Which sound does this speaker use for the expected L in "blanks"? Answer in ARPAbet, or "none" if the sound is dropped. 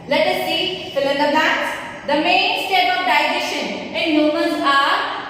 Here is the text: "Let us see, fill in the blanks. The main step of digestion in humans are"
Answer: none